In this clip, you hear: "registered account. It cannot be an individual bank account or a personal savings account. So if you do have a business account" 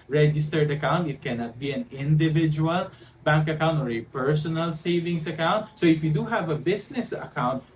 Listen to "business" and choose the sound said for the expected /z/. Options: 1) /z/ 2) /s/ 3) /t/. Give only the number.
2